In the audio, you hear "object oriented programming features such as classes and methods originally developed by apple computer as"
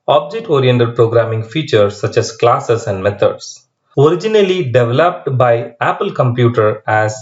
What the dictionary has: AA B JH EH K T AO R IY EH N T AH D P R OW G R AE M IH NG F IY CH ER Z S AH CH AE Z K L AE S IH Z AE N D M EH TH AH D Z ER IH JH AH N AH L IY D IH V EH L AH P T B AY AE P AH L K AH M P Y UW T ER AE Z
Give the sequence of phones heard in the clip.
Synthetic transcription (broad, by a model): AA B JH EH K T AO R IY EH N T AH D P R OW G R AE M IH NG F IY CH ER S AH CH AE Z K L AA S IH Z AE N D M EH T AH D S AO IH JH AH N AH L IY D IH V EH L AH P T B AY AE P AH L K AH M P Y UW T ER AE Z